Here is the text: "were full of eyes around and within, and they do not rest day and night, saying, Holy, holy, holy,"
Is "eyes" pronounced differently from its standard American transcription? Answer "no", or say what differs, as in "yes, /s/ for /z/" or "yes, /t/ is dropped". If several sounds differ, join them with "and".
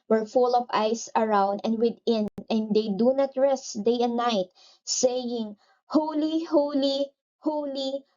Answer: yes, /s/ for /z/